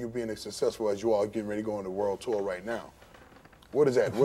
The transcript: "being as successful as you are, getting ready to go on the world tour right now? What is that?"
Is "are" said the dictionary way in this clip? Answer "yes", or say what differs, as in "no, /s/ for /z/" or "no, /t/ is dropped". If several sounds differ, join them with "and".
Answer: no, /l/ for /ɹ/